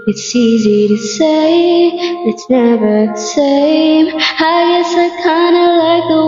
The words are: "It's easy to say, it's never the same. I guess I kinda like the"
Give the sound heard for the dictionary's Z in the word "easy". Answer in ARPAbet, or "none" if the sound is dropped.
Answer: Z